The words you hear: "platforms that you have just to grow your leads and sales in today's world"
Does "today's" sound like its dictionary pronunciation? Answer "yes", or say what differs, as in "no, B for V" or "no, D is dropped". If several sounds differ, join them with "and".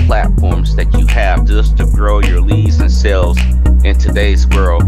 yes